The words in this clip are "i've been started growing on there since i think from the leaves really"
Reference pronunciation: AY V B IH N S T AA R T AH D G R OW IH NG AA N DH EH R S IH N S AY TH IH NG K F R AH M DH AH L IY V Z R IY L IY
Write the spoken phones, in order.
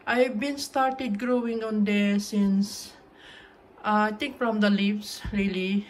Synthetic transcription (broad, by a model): AY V B IH N S T AA R T AH D G R OW IH NG AA N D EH S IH N S AY T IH NG K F R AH M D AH L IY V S R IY L IY